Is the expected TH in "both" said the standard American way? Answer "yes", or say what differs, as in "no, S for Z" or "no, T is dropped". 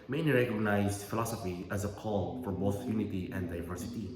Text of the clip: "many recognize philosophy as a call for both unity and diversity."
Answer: no, S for TH